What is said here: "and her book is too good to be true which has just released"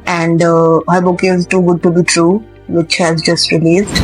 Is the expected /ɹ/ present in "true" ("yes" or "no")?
yes